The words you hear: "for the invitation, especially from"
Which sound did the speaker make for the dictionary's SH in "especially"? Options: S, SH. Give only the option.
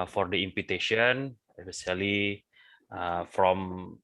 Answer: S